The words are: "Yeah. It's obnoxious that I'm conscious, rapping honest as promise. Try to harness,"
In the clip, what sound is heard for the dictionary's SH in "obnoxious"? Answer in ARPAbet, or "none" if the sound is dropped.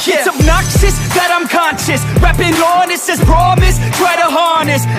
S